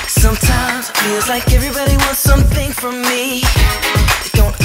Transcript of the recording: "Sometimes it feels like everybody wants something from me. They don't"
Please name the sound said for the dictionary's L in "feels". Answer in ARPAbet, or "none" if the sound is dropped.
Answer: none